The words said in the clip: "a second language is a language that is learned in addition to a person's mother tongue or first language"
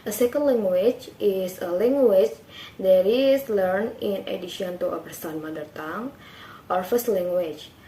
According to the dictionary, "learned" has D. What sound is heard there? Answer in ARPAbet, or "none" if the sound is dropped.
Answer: none